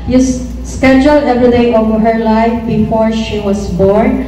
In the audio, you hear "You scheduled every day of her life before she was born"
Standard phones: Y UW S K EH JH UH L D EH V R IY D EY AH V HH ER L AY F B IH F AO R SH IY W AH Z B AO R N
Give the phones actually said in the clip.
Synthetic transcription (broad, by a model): Y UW S K EH JH UH L D EH V R IY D EY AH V HH ER L AY F B IH F AO R SH IY W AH S B AO R N